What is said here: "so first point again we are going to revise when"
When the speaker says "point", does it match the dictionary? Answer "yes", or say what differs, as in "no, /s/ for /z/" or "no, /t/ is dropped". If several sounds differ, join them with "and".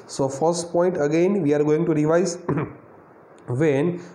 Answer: yes